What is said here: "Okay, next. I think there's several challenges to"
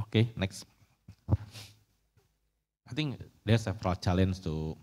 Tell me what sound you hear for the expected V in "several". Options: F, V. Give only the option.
F